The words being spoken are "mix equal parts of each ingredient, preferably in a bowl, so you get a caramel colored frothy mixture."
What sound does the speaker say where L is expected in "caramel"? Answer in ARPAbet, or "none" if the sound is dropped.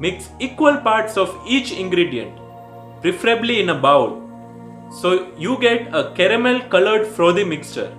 L